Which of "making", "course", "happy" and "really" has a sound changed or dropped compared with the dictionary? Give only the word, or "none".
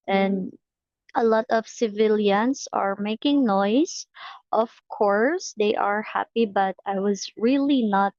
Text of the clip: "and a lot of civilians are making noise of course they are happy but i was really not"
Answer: none